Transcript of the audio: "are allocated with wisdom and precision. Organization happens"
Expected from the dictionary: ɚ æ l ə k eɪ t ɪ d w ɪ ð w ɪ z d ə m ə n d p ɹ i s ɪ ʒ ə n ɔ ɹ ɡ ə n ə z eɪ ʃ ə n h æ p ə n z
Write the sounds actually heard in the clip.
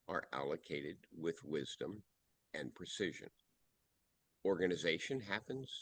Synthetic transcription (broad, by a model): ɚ æ l ə k eɪ t ɪ d w ɪ ð w ɪ z d ə m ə n p ɹ i s ɪ ʒ ə n ɔ ɹ ɡ ə n ə z eɪ ʃ ə n h æ p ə n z